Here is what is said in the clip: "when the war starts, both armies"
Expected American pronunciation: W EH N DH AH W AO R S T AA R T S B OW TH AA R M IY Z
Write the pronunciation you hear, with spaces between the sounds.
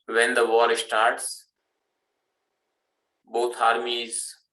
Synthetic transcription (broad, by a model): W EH N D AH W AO R S T AA R T S B OW T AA R M IY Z